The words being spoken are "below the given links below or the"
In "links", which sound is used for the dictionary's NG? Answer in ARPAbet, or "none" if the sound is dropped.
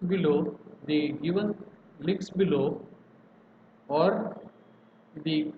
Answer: none